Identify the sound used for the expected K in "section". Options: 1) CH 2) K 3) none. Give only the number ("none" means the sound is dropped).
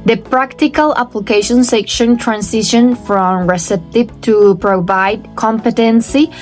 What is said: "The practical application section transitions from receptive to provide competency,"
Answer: 2